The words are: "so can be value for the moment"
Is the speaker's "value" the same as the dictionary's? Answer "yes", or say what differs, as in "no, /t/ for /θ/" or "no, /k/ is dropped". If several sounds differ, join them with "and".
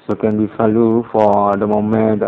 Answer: no, /f/ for /v/